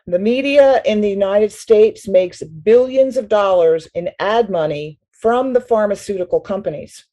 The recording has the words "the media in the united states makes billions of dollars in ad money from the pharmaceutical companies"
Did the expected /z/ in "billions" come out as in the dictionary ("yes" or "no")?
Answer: yes